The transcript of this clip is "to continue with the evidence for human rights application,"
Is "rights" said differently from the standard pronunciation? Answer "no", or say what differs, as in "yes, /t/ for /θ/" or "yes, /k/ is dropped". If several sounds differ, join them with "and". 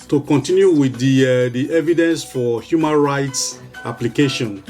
no